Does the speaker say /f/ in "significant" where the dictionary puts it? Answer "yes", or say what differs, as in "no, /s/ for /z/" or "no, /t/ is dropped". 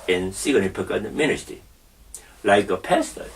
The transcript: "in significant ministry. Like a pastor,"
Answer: no, /p/ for /f/